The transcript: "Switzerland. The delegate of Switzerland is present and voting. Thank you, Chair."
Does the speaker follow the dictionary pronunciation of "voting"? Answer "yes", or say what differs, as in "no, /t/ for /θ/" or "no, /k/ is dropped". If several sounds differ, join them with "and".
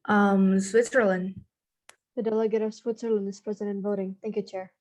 yes